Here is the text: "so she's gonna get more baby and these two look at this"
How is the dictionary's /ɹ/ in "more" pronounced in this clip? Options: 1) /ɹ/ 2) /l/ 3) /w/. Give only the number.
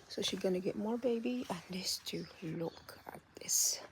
1